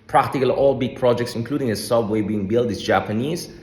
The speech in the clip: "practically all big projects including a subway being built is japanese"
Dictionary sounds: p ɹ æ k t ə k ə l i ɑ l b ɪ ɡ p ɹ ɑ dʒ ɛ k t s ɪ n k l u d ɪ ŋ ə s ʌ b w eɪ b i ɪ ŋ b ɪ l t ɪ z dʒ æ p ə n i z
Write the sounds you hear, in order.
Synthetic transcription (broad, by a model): p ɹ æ k t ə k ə l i ɑ l b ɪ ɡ p ɹ ɑ dʒ ɛ k t s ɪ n k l u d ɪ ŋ ə s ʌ w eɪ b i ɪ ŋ b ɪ l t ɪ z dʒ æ p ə n i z